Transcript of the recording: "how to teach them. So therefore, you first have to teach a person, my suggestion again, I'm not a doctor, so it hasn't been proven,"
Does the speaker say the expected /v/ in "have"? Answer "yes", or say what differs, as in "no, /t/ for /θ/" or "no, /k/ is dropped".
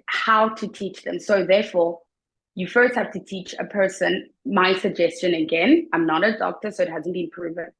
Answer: no, /f/ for /v/